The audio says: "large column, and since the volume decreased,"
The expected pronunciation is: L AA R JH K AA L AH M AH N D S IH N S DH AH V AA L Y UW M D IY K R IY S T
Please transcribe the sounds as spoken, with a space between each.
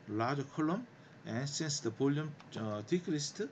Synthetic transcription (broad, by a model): L AA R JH K AA L AH M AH N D S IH N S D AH P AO L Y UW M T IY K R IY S T